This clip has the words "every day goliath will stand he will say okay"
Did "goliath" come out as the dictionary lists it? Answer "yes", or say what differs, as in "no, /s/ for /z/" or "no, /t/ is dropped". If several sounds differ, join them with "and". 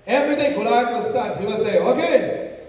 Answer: no, /t/ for /θ/